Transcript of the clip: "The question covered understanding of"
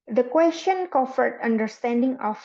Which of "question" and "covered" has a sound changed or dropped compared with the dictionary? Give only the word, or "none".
covered